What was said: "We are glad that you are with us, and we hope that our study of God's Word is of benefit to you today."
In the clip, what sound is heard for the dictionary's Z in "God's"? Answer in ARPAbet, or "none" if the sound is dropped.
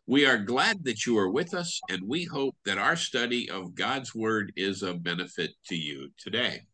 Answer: Z